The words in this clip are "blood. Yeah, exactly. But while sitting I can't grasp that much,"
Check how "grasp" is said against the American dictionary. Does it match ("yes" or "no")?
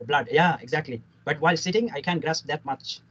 yes